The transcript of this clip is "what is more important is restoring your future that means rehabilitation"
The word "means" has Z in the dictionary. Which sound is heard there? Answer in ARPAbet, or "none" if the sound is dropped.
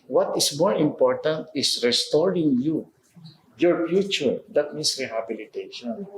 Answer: S